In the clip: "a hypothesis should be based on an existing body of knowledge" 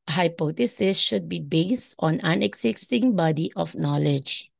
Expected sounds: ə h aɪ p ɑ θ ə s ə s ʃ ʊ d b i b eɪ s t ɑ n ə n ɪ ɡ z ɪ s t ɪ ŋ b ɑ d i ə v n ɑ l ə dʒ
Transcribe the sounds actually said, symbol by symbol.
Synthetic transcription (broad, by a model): h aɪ p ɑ t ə s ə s ʃ ʊ d b i b eɪ s t ɑ n ə n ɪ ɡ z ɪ s t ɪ ŋ b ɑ d i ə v n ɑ l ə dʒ